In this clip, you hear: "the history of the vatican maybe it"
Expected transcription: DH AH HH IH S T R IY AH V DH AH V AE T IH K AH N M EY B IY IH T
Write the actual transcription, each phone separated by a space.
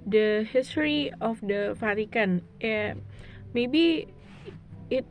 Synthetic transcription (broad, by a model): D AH HH IH S T R IY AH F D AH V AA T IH K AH N M EY B IY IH T